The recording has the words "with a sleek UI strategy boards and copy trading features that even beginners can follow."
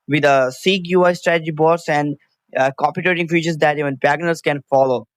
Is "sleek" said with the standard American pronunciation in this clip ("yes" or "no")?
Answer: no